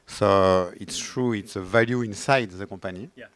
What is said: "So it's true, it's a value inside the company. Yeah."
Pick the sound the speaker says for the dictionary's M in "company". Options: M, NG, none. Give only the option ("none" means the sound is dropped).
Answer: none